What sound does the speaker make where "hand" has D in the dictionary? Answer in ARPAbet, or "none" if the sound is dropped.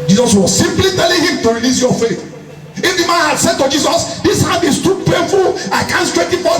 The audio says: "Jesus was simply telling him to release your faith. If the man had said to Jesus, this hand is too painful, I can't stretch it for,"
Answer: none